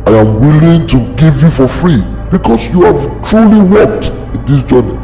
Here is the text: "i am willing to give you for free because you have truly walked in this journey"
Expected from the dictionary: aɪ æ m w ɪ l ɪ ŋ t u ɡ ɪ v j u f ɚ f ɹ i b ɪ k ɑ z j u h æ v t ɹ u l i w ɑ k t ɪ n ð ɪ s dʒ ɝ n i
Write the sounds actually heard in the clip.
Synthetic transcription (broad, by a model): aɪ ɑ m w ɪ l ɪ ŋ t u ɡ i v j u f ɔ f ɹ i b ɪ k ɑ s j u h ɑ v t ɹ u l i w ɑ k t ɪ n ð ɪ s dʒ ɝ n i